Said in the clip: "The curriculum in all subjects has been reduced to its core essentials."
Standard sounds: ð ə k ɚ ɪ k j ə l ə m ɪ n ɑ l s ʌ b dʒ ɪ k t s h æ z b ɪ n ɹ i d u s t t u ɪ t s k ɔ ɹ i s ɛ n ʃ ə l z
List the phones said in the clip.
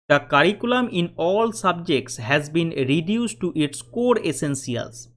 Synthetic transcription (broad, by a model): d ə k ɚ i k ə l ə m ɪ n ɑ l s ʌ b dʒ ɪ k t s h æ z b ɪ n ɹ i d u s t t u ɪ t s k ɔ ɹ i s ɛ n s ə l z